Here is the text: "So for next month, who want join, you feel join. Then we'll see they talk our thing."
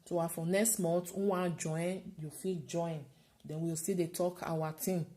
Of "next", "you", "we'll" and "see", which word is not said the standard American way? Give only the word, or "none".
we'll